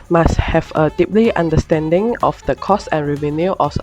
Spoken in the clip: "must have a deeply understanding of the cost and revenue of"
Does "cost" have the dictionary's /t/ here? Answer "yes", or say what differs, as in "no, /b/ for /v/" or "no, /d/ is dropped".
no, /t/ is dropped